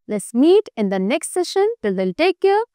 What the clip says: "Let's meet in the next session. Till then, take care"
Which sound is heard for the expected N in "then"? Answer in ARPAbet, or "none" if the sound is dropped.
L